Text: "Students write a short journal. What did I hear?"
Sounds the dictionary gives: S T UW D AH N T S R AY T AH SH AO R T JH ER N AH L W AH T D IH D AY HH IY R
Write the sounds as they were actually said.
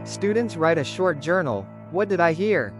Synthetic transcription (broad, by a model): S T UW D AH N T S R AY T AH SH AO R T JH ER N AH L W AH T D IH D AY HH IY R